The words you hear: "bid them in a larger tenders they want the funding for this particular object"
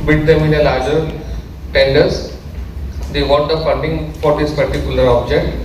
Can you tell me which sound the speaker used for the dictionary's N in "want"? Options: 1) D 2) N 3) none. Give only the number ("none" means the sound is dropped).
3